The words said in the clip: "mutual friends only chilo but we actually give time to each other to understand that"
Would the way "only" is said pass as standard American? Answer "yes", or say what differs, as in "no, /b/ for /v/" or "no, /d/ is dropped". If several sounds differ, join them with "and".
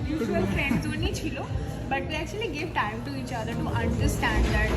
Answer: no, /l/ is dropped